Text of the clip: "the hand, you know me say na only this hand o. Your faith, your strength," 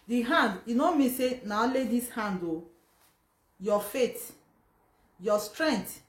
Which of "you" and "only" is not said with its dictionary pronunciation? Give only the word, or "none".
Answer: only